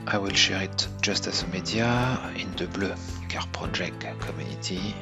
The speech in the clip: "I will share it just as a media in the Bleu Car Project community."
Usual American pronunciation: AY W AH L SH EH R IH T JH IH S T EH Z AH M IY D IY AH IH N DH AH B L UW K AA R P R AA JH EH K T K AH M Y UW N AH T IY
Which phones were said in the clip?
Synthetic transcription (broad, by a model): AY W AH L SH EH R IH T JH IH S T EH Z AH M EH D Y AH IH N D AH B L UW K AA R P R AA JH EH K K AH M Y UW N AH T IY